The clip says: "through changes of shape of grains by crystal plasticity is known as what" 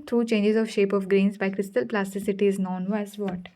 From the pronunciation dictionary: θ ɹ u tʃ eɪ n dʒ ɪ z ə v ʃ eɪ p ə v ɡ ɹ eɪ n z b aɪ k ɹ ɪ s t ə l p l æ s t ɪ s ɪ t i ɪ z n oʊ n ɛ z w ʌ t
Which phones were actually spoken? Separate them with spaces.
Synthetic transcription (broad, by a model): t ɹ u tʃ eɪ n dʒ ɪ z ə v ʃ eɪ p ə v ɡ ɹ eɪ n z b aɪ k ɹ ɪ s t ə l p l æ s t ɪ s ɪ t i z n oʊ n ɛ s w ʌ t